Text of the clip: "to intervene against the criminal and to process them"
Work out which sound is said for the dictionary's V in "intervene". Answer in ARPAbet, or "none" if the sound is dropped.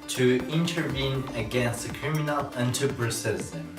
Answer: V